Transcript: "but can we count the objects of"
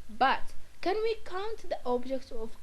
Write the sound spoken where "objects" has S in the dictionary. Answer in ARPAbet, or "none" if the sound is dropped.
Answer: none